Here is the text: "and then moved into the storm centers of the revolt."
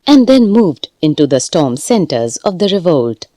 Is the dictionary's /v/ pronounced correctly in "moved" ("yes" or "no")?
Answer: yes